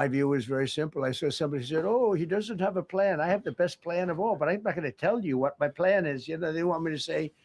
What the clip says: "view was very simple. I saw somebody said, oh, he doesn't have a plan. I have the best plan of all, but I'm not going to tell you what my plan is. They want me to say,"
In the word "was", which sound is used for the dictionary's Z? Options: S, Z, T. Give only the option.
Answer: Z